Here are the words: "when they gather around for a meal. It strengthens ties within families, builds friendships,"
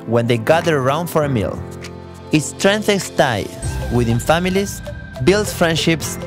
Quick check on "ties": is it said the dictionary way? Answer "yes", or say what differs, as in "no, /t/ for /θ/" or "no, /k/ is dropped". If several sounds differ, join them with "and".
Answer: no, /z/ is dropped